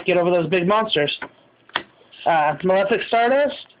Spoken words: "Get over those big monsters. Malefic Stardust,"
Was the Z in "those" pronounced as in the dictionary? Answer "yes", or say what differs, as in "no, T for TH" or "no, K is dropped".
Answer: yes